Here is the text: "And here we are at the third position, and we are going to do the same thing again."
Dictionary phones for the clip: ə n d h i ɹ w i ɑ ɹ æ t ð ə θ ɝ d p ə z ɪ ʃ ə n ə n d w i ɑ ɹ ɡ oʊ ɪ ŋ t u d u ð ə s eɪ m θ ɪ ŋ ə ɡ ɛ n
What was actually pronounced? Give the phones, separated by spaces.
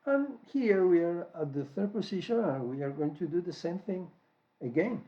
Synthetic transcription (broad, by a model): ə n h i ɹ w i ɑ ɹ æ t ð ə θ ɝ d p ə s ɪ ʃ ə n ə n w i ɑ ɹ ɡ oʊ ɪ ŋ t u d u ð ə s eɪ m θ ɪ ŋ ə ɡ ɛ n